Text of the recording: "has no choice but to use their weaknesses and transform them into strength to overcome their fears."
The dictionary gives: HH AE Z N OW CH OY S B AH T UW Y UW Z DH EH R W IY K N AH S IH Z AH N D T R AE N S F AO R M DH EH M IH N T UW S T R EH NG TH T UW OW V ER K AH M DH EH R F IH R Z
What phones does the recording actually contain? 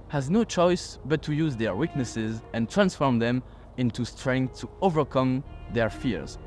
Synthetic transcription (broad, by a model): HH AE Z N OW CH OY S B AH T UW Y UW Z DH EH R W IY K N AH S IH Z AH N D T R AE N S F AO R M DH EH M IH N T UW S T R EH NG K T UW OW V ER K AH M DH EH R F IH R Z